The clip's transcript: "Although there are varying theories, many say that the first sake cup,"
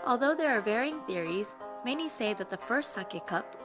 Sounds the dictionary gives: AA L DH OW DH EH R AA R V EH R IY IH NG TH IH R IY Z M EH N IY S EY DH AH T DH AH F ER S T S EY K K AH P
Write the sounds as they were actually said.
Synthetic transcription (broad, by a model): AA L DH OW DH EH R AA R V EH R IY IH NG TH IH R IY Z M EH N IY S EY DH AH T DH AH F ER S T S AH K K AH P